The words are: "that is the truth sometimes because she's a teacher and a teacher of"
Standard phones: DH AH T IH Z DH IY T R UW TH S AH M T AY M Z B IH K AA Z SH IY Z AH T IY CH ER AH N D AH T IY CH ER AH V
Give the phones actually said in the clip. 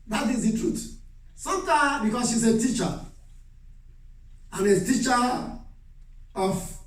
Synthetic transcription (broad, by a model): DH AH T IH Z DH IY T R UW T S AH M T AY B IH K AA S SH IY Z AH T IY CH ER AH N AH T IY CH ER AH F